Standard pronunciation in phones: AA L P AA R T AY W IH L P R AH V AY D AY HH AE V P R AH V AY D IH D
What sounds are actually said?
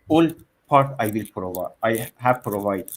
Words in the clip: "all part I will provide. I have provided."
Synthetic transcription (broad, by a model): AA L P AA R T AY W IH L P R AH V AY AY HH AE V P R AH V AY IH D